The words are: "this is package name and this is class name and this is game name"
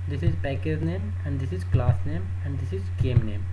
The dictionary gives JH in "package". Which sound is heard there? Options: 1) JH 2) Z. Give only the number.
2